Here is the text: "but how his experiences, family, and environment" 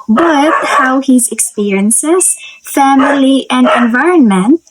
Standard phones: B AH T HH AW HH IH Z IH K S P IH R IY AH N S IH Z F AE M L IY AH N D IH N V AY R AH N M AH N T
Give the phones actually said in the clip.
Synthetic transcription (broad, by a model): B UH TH HH AW HH IH Z IH K S P IH R IY AH N S IH Z F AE M L IY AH N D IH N V AY R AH N M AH N T